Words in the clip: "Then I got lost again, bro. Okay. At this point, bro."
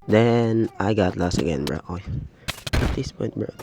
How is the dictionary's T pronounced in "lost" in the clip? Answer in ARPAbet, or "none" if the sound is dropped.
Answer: none